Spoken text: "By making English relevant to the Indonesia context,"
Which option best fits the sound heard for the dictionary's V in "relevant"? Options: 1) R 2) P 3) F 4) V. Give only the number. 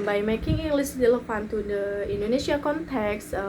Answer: 3